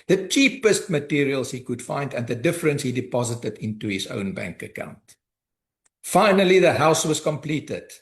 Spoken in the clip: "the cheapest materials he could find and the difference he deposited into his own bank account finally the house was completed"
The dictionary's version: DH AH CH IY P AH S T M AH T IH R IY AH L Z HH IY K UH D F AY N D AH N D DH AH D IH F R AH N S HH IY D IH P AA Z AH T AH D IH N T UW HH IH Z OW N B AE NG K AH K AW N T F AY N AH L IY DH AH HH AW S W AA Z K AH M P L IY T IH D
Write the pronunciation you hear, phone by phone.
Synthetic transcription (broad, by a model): DH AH CH IY P AH S T M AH T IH R IY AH L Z HH IY K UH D F AY N D AH N D DH AH D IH F R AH N S HH IY D IH P AA Z AH T AH D IH N T UW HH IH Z OW N B AE NG K AH K AW N T F AY N AH L IY DH AH HH AW S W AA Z K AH M P L IY T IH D